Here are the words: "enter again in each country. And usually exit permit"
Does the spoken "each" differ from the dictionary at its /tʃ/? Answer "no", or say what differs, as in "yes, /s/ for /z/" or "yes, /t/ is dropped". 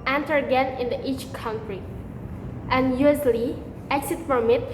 no